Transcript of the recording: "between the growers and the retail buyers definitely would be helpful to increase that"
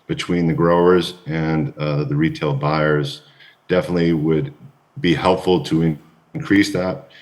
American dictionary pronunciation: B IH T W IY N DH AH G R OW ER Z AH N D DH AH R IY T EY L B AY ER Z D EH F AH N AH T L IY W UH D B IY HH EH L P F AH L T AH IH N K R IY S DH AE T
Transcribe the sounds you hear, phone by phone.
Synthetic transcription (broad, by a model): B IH T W IY N DH AH G R OW ER Z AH N DH AH R IY T EY L B AY ER Z D EH F AH N AH T L IY W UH D B IY HH EH L P F L T AH IH N K R IY S DH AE T